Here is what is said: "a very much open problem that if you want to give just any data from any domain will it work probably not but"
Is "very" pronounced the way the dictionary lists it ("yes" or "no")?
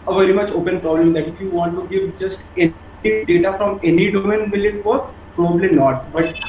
yes